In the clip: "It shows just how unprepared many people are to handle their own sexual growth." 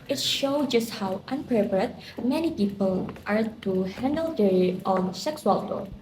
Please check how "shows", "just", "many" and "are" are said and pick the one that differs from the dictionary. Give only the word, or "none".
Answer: shows